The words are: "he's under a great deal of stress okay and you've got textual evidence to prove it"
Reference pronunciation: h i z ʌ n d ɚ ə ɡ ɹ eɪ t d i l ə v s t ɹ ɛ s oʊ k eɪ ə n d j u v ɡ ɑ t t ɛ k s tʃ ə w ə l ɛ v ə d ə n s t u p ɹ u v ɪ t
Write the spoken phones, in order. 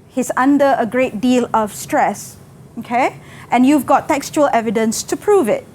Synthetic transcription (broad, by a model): h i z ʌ n d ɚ ə ɡ ɹ eɪ t d i l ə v s t ɹ ɛ s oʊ k eɪ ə n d j u v ɡ ɑ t t ɛ k s tʃ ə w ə l ɛ v ə d ə n s t u p ɹ u v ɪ t